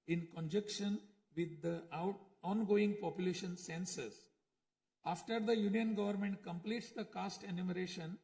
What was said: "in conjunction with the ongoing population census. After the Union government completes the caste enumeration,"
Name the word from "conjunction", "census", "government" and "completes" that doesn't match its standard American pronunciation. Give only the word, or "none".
conjunction